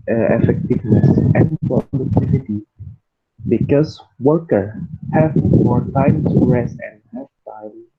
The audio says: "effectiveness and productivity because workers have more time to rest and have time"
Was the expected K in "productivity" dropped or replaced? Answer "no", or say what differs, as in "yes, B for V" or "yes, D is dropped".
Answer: yes, K is dropped